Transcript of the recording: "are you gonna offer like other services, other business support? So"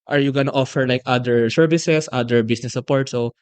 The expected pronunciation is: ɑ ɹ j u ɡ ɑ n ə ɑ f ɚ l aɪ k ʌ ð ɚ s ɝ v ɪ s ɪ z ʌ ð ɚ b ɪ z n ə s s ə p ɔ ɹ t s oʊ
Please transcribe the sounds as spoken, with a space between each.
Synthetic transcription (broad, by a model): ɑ ɹ j u ɡ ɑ n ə ɑ f ɚ l aɪ k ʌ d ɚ s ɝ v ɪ s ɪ s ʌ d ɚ b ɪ s n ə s s ə p ɔ ɹ t s oʊ